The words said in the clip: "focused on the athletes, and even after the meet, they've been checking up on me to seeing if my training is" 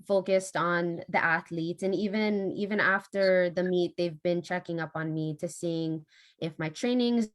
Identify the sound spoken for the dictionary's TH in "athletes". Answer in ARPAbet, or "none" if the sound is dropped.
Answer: TH